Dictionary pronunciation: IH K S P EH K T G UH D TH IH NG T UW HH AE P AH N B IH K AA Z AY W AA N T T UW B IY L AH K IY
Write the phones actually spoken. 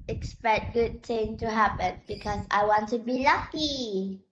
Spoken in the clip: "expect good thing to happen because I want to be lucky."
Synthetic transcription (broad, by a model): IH K S P EH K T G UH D T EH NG T UW HH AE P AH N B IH K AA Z AY W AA N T T UW B IY L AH K IY